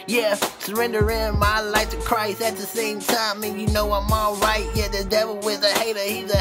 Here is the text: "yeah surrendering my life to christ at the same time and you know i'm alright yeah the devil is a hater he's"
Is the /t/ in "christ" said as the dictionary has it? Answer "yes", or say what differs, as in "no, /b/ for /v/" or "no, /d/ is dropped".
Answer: yes